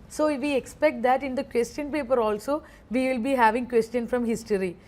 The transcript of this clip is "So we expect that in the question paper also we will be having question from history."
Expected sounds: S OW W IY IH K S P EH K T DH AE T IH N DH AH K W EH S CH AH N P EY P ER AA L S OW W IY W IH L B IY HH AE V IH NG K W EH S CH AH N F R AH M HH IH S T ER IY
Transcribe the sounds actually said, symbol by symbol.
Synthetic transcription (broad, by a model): S OW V IY IH K S P EH K T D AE T IH N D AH K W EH S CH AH N P EY P ER AA L S OW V IY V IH L B IY HH AE V IH NG K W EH S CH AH N F R AH M HH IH S T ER IY